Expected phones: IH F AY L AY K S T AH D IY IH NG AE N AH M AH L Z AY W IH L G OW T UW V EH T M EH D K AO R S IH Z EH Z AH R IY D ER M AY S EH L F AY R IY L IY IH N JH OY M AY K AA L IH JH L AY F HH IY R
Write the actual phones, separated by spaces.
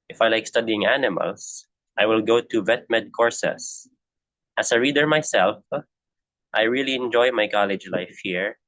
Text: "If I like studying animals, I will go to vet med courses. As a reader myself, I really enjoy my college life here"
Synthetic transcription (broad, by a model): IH F AY L AY K S T AH D IY IH NG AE N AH M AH L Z AY W IH L G OW T UW V EH T M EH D K AO R S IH S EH S AH R IY D ER M AY S EH L F AY R IY L IY IH N JH OY M AY K AA L IH JH L AY F HH IY R